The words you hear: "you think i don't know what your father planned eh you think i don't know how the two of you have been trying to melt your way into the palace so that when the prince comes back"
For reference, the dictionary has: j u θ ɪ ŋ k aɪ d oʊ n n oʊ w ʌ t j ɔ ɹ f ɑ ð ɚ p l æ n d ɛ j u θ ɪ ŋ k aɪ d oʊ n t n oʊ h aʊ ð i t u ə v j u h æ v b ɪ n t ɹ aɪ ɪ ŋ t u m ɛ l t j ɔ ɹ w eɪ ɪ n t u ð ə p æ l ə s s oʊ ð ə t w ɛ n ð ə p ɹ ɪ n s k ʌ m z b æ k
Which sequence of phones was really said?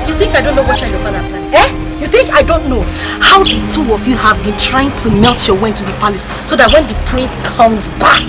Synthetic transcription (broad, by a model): j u θ ɪ ŋ k aɪ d oʊ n n oʊ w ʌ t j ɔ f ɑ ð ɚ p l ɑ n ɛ j u θ ɪ ŋ k aɪ d oʊ n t n oʊ h aʊ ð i t u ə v j u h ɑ v b ɪ n t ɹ aɪ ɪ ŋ t u m ɛ l t j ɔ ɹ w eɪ ɪ n t u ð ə p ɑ l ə s s oʊ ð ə t w ɛ n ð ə p ɹ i n s k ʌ m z b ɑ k